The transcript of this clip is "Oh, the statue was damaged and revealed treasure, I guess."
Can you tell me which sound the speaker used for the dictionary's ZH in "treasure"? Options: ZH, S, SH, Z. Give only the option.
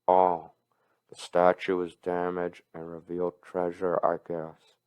ZH